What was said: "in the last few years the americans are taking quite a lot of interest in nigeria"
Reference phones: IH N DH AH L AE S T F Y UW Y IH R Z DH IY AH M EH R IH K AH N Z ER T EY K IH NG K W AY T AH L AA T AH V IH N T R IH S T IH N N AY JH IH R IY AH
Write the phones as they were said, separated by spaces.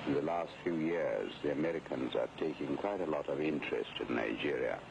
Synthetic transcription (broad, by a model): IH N DH AH L AE S T F Y UW Y IH R Z DH IY AH M EH R IH K AH N Z ER T EY K IH NG K W AY T AH L AA T AH V IH N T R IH S T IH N N AY JH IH R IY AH